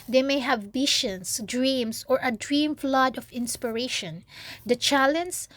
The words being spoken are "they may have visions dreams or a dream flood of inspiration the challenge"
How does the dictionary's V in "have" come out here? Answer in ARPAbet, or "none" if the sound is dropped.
V